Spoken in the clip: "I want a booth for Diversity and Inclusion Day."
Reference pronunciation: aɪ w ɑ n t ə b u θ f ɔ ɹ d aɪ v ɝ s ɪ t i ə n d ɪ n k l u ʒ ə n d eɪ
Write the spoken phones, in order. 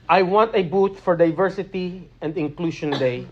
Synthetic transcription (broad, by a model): aɪ w ɑ n t ə b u t f ɔ ɹ d aɪ v ɝ s ɪ t i ə n d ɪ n k l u ʃ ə n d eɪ